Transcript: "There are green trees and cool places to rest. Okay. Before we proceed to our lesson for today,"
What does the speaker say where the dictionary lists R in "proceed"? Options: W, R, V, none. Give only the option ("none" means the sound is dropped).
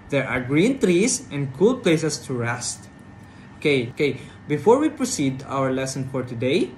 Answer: R